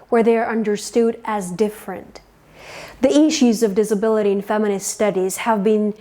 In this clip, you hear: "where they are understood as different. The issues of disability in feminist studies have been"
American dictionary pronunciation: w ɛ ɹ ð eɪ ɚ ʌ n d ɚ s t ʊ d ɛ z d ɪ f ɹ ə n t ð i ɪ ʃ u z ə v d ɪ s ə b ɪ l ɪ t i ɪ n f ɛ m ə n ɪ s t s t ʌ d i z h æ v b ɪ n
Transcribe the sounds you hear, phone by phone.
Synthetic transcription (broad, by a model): w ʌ ɹ ð eɪ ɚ ʌ n d ɚ s t ʊ d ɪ z d ɪ f ɹ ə n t ð i ɪ ʃ u z ə v d ɪ s ə b ɪ l ɪ t i ɪ n f ɛ m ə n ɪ s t s t ʌ d i z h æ v b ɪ n